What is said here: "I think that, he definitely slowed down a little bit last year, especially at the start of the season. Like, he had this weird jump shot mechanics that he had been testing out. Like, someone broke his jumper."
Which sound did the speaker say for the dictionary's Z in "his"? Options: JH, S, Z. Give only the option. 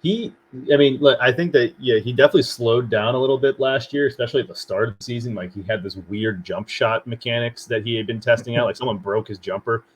Z